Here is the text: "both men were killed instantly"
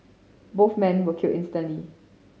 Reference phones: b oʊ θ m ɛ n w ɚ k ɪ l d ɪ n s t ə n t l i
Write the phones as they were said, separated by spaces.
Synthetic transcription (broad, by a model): b oʊ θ m ɛ n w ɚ k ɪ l ɪ n s t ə n l i